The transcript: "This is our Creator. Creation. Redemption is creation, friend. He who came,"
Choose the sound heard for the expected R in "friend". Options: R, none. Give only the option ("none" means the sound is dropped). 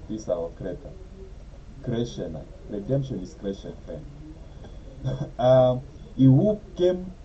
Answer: none